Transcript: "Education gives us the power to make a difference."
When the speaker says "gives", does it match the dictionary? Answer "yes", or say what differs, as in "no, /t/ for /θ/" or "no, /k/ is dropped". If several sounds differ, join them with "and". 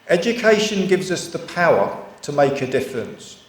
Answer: yes